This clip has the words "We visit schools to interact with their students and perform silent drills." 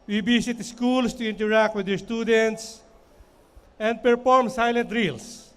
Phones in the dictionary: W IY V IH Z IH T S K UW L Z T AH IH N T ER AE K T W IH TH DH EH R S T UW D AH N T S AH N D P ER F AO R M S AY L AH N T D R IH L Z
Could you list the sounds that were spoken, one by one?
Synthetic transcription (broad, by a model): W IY B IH S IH T S K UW L S T AH IH N T ER AE K T W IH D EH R S T UW D AH N T S AH N D P ER F AO R M S AY L AH N T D R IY L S